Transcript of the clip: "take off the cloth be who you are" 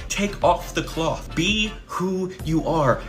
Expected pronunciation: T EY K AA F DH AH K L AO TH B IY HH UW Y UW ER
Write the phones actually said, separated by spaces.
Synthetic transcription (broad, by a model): T EY K AA F DH AH K L AO TH B IY HH UW Y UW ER